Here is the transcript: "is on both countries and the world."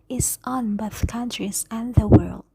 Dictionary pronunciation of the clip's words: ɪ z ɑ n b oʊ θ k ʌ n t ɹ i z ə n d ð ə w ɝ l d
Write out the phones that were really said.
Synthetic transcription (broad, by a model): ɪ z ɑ n b oʊ θ k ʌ n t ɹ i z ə n ð ə w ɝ l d